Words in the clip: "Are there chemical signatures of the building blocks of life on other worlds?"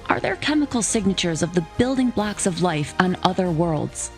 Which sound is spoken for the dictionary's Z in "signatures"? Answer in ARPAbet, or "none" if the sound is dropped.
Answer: Z